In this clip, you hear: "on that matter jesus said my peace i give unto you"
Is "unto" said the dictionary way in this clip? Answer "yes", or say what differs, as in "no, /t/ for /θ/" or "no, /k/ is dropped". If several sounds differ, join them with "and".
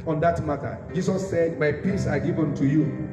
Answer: yes